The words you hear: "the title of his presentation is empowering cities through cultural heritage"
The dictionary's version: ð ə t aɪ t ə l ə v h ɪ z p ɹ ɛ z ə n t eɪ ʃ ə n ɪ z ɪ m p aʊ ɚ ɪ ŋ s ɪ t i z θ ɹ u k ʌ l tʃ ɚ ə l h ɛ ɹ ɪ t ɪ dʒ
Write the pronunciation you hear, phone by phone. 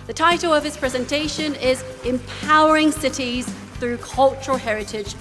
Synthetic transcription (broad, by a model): ð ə t aɪ t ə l ə v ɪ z p ɹ ɛ z ə n t eɪ ʃ ə n ɪ z ɪ m p aʊ ɚ ɪ ŋ s ɪ t i z θ ɹ u k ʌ l tʃ ɚ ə h ɛ ɹ ɪ t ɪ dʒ